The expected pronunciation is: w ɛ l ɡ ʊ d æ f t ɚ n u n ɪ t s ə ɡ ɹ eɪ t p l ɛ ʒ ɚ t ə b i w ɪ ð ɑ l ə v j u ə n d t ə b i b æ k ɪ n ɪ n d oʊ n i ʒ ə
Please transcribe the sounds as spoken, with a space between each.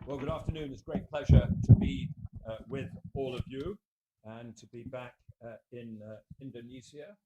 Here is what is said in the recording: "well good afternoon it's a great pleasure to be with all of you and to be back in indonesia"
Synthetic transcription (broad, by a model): w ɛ l ɡ ʊ d æ f t ɚ n u n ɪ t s ɡ ɹ eɪ t p l ɛ ʒ ɚ t ə b i w ɪ ð ɑ l ə v j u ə n t ə b i b æ k ɪ n ɪ n d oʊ n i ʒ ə